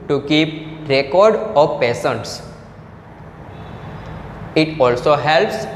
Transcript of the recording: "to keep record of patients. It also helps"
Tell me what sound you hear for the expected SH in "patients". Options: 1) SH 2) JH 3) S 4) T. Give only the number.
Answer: 3